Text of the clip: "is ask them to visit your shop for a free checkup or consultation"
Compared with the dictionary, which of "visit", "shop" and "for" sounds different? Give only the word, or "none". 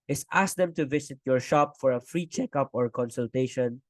visit